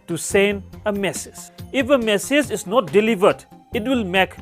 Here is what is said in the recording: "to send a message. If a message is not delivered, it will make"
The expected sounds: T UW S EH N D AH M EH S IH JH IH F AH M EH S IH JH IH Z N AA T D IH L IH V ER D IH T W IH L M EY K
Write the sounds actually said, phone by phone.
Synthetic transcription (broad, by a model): T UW S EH N AH M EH S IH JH IH F AH M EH S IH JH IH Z N AA T D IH L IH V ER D IH T W IH L M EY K